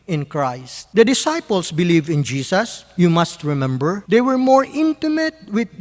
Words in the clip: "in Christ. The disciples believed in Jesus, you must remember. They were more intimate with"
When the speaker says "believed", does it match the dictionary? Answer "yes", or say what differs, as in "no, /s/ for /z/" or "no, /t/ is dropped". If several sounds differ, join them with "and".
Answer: no, /d/ is dropped